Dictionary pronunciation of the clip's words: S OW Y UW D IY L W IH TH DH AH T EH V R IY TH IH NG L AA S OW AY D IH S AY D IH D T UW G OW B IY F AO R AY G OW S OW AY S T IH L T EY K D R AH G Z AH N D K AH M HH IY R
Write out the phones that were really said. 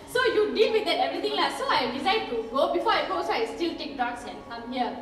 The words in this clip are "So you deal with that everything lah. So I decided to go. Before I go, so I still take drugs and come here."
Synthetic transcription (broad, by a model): S OW Y UW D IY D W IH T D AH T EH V R IY T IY NG L AA S OW AY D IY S AY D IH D T UW G OW B IY F AO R AY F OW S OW AY S T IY L T EY K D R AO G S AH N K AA M HH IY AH